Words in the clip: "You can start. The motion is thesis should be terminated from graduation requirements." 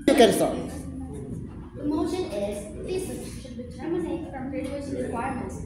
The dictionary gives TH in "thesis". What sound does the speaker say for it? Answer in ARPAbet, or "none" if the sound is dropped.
F